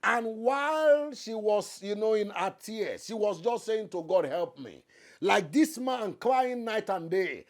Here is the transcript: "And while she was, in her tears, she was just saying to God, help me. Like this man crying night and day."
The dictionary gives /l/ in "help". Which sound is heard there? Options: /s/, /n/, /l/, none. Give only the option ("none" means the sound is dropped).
/l/